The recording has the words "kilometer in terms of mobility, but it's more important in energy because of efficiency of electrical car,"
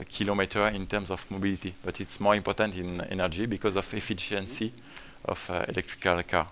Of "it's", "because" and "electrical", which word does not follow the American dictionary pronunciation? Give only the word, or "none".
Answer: none